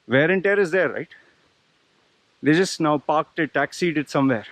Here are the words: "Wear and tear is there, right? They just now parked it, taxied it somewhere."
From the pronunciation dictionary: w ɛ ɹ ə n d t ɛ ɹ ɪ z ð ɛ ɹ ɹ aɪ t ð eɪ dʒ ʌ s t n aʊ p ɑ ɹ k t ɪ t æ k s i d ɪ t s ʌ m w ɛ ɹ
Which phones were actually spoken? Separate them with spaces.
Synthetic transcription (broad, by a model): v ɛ ɹ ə n t ɛ ɹ ɪ z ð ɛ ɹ ɹ aɪ t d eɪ dʒ ʌ s t n aʊ p ɑ ɹ k t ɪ t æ k s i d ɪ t s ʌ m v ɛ ɹ